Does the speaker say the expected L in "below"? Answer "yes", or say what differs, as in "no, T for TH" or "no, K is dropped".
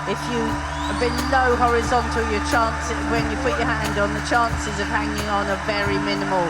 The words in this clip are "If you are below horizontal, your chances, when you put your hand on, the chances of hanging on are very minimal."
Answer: no, N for L